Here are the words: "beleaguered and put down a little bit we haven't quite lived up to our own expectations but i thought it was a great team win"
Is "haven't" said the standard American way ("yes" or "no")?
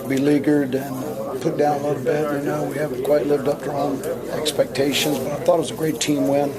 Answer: no